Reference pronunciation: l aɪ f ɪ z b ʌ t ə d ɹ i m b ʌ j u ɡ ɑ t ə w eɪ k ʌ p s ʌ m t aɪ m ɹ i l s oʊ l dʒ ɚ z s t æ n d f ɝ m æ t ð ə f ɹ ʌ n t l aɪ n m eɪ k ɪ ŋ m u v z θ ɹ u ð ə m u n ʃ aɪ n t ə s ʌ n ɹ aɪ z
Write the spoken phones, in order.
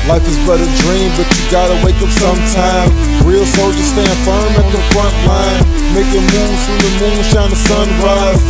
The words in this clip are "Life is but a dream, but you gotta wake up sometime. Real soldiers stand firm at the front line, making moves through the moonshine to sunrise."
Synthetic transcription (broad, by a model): l aɪ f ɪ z b ʌ t ə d ɹ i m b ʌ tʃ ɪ ɡ ɑ t ə w eɪ k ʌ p s ʌ m t aɪ m ɹ i l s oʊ dʒ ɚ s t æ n f ɝ m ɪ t ð ə f ɹ ʌ n t l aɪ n m eɪ k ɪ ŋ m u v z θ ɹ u ð ə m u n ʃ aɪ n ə s ʌ n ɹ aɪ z